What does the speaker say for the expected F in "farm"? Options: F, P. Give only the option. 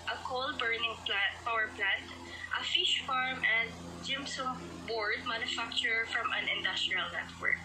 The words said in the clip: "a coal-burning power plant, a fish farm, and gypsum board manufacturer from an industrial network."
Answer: F